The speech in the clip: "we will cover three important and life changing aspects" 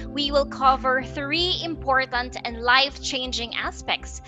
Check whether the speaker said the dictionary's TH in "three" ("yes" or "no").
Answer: yes